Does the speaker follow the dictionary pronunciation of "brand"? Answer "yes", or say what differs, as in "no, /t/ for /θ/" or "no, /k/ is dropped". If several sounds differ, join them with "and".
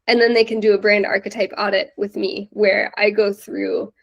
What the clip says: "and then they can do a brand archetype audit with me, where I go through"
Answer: yes